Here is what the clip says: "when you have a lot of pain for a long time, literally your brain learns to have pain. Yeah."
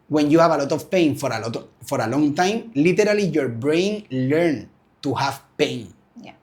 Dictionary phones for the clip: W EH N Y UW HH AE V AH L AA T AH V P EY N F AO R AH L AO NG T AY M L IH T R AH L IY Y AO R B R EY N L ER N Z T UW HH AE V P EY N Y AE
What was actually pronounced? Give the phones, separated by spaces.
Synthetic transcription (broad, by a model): W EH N Y UW HH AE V AH L AA T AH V P EY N F AO R AH L AO NG T AY M L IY T R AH L IY Y AO R B R EY N L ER N T UW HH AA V P EY N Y